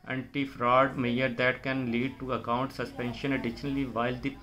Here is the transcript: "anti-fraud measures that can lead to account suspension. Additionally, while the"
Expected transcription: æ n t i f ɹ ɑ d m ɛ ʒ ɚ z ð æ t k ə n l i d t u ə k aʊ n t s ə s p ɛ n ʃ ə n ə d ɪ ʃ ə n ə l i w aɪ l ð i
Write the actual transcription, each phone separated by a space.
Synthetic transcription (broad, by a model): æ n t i f ɹ ɑ d m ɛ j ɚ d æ t k ə n l i d t u ə k aʊ n t s ə s p ɛ n ʃ ə n ə d ɪ ʃ ə n ə l i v aɪ l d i